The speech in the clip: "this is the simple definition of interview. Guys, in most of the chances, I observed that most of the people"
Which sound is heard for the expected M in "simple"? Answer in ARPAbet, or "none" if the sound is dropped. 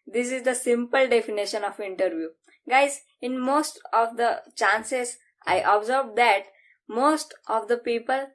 M